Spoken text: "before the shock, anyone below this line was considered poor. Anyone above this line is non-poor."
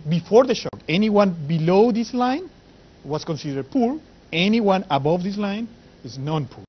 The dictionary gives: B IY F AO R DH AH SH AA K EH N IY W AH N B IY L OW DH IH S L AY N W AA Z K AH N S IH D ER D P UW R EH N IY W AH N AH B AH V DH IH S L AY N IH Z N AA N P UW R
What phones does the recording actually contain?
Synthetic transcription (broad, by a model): B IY F AO R DH AH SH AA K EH N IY W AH N B IY L OW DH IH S L AY N W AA S K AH N S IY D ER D P UW R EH N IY W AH N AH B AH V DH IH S L AY N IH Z N AA N P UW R